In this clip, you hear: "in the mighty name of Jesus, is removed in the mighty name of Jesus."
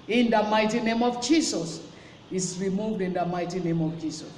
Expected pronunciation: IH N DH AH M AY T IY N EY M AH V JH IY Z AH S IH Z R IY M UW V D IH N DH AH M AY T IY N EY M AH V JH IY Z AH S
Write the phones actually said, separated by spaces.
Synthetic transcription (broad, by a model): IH N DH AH M AY T IY N EY M AH V JH IY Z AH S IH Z R IY M UW V D IH N DH AH M AY T IY N EY M AH V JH IY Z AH S